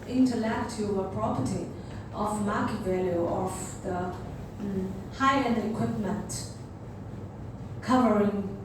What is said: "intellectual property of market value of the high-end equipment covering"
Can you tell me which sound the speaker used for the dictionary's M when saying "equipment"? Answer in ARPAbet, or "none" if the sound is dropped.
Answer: M